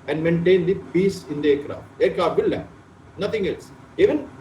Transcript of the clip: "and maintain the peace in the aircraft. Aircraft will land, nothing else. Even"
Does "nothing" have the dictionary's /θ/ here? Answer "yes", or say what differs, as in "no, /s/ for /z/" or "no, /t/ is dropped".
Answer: no, /t/ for /θ/